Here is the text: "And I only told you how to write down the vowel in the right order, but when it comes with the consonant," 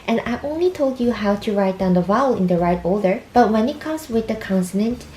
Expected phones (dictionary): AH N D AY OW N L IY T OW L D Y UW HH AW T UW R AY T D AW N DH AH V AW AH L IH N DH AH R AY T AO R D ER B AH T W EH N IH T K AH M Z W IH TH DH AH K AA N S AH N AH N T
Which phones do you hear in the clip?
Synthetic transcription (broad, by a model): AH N AY OW N L IY T OW L D Y UW HH AW T UW R AY T D AW N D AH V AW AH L IH N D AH R AY T AO L D ER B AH T W EH N IH T K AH M S W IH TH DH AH K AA N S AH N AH N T